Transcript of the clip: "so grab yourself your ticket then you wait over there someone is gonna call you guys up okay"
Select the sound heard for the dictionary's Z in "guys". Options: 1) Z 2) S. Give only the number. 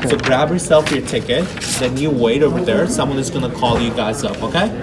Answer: 1